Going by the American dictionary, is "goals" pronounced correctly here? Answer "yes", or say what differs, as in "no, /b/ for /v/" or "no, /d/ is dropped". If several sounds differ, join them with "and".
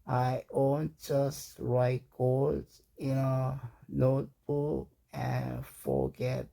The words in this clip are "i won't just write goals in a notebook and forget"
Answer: no, /l/ is dropped